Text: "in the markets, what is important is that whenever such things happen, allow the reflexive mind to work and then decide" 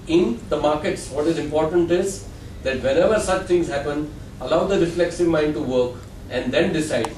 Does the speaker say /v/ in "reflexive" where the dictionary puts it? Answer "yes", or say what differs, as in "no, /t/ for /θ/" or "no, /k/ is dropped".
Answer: yes